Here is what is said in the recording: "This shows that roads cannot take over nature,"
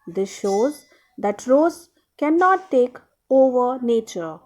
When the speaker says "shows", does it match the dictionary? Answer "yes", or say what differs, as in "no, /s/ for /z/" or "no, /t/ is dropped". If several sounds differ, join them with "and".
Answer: yes